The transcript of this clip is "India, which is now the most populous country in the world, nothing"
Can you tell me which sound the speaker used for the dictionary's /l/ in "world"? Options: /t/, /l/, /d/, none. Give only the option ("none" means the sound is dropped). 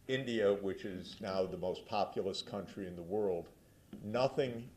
/l/